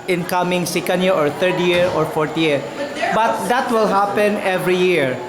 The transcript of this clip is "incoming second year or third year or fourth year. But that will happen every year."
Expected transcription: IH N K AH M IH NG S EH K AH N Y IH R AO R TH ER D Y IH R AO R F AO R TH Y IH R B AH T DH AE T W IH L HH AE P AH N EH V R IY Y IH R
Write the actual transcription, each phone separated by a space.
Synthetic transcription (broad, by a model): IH N K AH M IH NG S EH K AH N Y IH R AO R T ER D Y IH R AO R F AO R T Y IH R B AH T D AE T W IH L HH AE P AH N EH V R IY Y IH R